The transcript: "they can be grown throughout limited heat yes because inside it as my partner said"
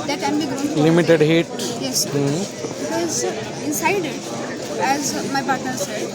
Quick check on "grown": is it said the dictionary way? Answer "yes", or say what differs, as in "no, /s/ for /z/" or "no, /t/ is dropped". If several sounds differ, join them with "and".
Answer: no, /ɹ/ is dropped